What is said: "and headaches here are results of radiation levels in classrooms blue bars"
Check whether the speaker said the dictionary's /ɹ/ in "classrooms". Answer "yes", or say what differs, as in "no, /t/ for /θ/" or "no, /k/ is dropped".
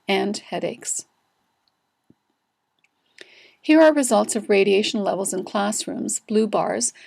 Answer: yes